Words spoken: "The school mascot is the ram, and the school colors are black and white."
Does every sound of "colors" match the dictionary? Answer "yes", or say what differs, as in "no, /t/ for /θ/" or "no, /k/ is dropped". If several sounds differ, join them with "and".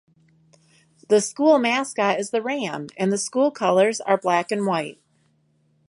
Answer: yes